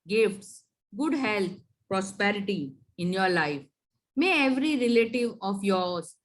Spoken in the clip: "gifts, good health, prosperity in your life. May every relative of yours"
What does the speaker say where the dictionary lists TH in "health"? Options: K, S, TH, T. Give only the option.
T